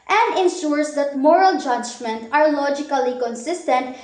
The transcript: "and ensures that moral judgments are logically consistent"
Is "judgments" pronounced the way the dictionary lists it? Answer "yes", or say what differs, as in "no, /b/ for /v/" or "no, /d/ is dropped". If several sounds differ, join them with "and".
no, /s/ is dropped